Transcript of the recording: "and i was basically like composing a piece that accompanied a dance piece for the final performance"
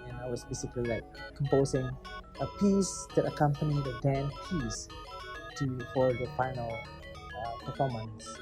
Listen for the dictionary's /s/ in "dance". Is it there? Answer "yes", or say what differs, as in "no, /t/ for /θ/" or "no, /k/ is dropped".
no, /s/ is dropped